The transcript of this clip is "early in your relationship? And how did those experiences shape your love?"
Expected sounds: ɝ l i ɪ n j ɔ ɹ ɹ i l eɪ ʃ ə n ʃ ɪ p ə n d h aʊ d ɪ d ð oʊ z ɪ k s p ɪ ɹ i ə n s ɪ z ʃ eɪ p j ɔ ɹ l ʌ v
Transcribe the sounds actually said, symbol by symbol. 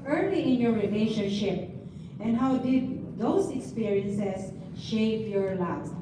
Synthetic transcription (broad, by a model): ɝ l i ɪ n j ɔ ɹ ɹ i l eɪ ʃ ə n ʃ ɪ p ə n d h aʊ d ɪ d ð oʊ s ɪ k s p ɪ ɹ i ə n s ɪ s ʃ eɪ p j ɔ ɹ l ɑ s